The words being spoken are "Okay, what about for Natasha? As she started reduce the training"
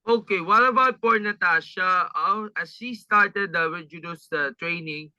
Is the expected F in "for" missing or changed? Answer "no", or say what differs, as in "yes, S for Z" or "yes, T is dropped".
yes, P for F